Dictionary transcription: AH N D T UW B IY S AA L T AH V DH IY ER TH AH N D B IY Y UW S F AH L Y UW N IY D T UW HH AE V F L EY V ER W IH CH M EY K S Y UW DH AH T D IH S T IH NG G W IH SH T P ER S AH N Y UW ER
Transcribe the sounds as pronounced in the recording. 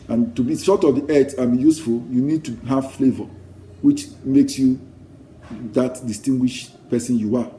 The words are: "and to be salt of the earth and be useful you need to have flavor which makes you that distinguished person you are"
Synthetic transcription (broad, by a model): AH N T UW B IY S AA T AH V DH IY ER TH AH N B IY Y UW S F AH L Y UW N IY D T UW HH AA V F L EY V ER W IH CH M EY K S Y UW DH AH T D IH S T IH NG G W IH SH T P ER S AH N Y UW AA